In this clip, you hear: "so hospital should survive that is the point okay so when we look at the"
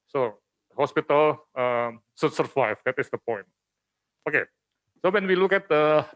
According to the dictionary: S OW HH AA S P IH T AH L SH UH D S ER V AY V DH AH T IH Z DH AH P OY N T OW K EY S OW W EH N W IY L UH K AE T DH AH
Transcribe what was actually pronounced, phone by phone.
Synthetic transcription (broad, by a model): S OW HH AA S P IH T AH L S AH S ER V AY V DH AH T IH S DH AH P OY N T OW K EY S OW W EH N W IY L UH K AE T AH